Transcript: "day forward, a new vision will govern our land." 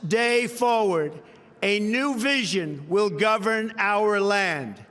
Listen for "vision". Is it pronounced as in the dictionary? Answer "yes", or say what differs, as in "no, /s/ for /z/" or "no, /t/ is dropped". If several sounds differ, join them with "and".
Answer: yes